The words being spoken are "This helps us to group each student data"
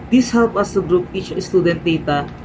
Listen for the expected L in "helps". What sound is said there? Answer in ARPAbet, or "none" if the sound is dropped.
W